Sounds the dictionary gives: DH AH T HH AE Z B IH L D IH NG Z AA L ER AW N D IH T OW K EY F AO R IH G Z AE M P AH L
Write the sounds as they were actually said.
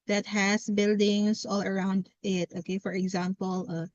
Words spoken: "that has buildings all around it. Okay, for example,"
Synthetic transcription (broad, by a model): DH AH T HH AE S B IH L D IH NG S AA L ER AW N D IH T OW K EY F AO R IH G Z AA M P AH L